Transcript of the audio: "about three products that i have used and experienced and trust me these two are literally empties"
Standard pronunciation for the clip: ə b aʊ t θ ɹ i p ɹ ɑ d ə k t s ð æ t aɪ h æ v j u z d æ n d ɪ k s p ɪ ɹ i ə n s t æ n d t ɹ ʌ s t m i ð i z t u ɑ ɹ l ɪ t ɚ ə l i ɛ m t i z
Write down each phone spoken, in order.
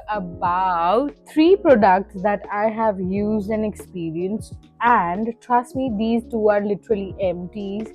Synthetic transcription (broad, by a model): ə b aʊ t t ɹ i p ɹ ɑ d ə k t s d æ t aɪ h æ v j u z d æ n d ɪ k s p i ɹ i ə n s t æ n d t ɹ ʌ s t m i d i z t u ɑ ɹ l ɪ t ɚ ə l i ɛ m t i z